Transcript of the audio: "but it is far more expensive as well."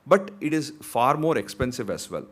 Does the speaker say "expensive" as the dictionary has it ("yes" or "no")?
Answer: yes